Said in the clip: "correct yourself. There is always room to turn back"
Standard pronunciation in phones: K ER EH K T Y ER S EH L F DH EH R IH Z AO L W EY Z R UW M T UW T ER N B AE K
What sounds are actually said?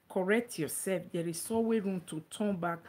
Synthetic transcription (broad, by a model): K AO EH K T Y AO S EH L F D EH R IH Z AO W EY R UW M T UW T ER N B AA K